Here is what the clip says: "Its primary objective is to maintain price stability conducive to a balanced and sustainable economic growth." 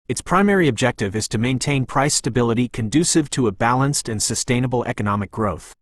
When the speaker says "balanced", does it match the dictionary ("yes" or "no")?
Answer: yes